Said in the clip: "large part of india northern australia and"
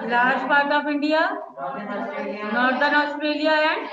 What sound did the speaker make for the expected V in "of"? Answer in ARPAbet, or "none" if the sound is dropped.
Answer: P